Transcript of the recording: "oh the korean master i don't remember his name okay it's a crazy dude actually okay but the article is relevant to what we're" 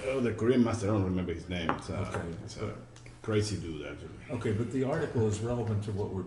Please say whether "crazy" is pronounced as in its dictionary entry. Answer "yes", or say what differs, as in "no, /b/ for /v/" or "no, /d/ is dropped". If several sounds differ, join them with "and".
no, /s/ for /z/